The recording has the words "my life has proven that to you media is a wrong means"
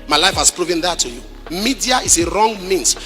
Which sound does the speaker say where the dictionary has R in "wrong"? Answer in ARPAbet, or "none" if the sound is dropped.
R